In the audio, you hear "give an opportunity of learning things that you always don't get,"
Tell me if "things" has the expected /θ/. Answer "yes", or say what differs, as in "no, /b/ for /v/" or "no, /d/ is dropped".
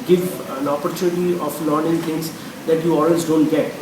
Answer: no, /t/ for /θ/